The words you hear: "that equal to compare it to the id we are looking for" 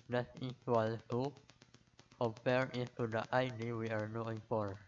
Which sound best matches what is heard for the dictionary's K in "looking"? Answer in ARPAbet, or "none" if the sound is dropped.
none